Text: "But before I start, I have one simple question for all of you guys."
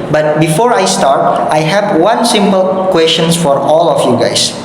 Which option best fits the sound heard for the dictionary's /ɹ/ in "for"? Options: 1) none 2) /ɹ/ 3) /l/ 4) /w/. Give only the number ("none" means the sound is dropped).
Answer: 2